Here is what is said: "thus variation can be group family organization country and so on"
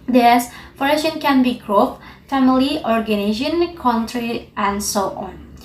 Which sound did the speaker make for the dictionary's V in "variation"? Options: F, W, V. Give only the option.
F